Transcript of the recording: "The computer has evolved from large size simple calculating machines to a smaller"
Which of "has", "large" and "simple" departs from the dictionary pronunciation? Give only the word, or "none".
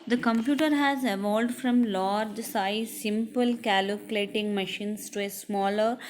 none